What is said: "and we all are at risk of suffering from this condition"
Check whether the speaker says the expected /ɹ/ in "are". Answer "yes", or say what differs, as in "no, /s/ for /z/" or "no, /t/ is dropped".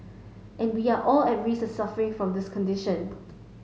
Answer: no, /l/ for /ɹ/